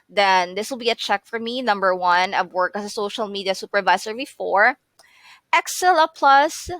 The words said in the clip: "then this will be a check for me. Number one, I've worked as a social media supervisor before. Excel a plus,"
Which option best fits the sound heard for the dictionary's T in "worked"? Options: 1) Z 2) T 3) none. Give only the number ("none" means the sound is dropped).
3